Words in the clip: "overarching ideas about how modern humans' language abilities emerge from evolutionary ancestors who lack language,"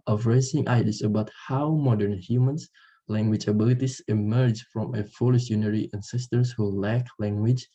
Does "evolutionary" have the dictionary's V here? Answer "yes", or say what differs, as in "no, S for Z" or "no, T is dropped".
no, F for V